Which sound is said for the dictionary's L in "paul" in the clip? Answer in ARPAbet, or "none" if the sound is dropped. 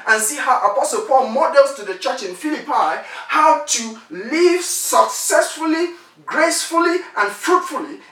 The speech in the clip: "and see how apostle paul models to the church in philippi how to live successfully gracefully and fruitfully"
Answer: L